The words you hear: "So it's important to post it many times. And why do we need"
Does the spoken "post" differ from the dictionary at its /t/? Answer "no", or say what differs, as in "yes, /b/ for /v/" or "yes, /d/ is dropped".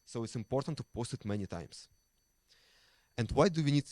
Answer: no